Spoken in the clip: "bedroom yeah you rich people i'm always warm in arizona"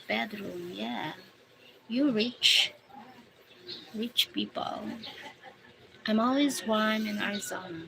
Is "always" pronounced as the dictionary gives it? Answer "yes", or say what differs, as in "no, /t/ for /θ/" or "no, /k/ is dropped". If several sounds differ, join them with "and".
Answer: yes